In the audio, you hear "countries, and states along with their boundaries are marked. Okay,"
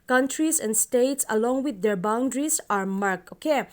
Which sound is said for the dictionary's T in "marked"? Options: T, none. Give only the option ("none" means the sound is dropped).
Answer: none